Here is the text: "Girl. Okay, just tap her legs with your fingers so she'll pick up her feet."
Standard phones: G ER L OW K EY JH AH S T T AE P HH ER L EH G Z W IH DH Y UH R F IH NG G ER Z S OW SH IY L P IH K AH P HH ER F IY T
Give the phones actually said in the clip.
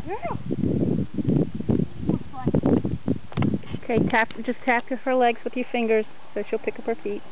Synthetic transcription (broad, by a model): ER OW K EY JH AH S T T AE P HH ER L EH G Z W IH DH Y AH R F IH NG G ER Z S OW SH IY L P IH K AH P HH ER F IY T